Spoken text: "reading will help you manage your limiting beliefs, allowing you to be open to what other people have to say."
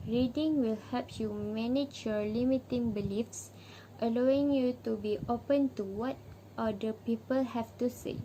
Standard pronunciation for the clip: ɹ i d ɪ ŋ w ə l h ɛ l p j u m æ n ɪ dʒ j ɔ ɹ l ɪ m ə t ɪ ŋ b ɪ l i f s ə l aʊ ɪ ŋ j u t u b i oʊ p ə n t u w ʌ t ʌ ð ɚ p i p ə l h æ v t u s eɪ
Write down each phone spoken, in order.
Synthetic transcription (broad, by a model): ɹ i d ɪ ŋ w ə l h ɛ p j u m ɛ n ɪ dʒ j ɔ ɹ l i m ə t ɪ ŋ b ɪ l i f s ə l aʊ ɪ ŋ j u t u b i oʊ p ə n t u w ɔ t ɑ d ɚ p i p ə l h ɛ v t u s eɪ